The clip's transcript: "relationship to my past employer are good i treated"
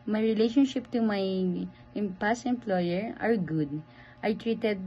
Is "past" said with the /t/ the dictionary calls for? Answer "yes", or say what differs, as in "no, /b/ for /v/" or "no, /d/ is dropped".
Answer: no, /t/ is dropped